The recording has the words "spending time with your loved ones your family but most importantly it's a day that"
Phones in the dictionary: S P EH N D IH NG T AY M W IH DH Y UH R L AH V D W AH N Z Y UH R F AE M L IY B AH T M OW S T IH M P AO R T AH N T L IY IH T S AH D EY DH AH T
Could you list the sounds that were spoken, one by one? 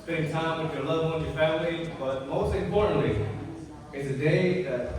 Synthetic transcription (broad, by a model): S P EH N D T AY M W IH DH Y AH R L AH D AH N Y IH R F AE M L IY B AH T M OW S T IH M P AO R T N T L IY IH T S AH D EY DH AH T